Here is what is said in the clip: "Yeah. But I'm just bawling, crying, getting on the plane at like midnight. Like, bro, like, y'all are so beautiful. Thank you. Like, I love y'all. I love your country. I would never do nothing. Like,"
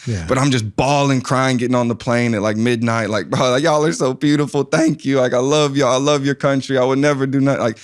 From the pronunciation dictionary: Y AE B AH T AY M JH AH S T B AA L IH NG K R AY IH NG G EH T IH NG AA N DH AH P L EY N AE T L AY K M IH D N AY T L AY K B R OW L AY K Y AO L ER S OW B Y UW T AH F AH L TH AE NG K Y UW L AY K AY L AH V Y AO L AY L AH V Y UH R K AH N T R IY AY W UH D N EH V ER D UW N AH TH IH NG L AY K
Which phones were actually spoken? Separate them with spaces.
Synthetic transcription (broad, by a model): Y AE B AH T AY M JH AH S B AA L IH NG K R AY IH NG G EH T IH NG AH N DH AH P L EY N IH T L AY K M IH D N AY T L AY K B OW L AY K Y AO L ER S OW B Y UW T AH F L TH AE NG K Y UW L AY K AY L AH V Y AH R AY L AH V Y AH R K AH N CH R IY AY W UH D N EH V ER D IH N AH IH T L AY K